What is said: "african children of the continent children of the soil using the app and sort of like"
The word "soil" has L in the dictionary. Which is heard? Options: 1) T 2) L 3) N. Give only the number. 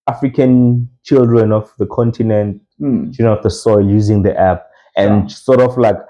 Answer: 2